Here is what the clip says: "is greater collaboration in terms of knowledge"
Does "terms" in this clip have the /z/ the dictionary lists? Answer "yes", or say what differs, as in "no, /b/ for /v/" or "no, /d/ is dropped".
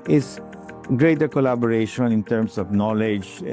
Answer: no, /s/ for /z/